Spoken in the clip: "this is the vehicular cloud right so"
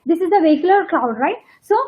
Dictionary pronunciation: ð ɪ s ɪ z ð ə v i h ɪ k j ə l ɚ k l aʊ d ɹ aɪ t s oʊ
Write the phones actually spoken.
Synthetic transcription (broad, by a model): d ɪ s ɪ z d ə v i h ɪ k j ə l ɚ k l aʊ d ɹ aɪ t s oʊ